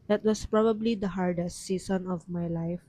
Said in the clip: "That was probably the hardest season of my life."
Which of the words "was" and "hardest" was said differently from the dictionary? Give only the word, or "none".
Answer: was